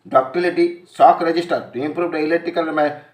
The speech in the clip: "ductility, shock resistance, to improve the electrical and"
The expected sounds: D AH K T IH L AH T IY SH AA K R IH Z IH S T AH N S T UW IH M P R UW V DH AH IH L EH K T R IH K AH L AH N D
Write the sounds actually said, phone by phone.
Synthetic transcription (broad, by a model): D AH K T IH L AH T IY S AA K R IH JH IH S T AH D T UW IH M P R UW V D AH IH L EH T IH K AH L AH